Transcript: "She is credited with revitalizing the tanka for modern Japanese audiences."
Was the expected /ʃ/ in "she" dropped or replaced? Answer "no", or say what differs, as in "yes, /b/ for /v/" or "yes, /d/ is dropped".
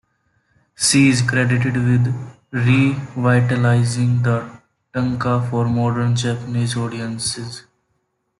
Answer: yes, /s/ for /ʃ/